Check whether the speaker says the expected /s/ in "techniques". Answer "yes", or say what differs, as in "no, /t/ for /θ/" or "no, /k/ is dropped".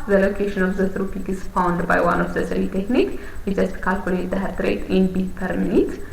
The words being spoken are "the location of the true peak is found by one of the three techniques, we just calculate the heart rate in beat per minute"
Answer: no, /s/ is dropped